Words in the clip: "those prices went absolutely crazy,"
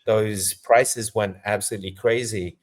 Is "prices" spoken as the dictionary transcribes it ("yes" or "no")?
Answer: yes